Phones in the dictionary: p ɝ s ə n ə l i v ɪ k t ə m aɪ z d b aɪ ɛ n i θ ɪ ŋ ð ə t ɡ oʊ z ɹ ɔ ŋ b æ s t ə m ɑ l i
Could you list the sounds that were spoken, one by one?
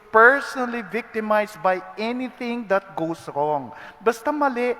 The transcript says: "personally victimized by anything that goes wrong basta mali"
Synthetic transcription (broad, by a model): p ɝ s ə n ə l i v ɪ k t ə m aɪ s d b aɪ ɛ n i θ ɪ ŋ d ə t ɡ oʊ s ɹ ɔ ŋ b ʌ s t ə m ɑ l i